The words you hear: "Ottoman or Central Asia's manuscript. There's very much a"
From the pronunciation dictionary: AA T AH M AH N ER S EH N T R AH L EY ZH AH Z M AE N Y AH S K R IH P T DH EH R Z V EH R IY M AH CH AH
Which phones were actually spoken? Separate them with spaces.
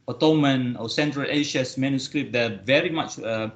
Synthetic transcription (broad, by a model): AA T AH M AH N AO S EH N T R AH L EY SH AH S M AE N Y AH S K R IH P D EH V EH R IY M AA CH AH